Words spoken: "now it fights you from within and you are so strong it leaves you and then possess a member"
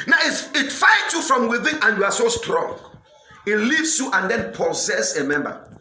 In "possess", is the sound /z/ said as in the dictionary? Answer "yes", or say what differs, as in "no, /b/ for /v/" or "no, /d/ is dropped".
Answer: no, /s/ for /z/